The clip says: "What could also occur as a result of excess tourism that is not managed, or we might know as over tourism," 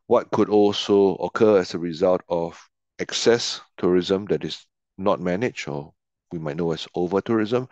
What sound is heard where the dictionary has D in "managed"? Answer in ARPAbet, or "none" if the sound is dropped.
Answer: none